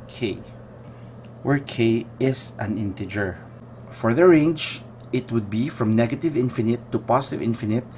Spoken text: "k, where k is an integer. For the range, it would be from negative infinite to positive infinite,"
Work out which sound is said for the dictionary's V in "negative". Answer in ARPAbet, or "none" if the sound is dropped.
V